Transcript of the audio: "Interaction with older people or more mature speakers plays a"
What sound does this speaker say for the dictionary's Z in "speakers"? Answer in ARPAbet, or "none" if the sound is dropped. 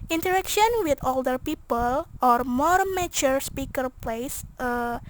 none